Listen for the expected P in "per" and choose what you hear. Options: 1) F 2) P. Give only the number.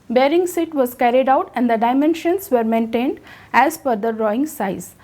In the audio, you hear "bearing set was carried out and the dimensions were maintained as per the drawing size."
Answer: 1